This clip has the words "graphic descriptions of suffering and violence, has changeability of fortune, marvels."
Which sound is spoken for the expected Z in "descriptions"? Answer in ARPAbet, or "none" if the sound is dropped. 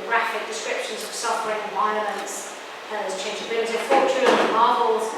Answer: Z